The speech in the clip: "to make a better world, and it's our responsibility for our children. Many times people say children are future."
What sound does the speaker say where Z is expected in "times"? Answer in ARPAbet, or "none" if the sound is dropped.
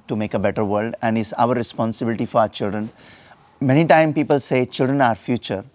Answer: none